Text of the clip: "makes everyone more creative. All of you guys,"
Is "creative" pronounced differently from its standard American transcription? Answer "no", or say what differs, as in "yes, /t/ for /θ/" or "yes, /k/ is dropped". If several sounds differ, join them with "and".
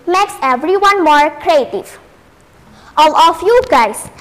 no